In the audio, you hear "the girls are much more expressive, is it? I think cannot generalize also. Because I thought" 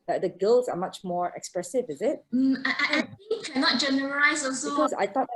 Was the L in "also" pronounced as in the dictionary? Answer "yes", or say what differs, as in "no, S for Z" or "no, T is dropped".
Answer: no, L is dropped